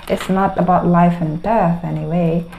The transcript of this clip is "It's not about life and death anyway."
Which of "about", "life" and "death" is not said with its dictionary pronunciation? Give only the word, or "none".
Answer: none